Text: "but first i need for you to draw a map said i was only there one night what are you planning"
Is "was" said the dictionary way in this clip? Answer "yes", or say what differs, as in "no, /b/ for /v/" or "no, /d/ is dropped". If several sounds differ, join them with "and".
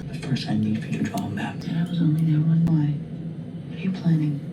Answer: yes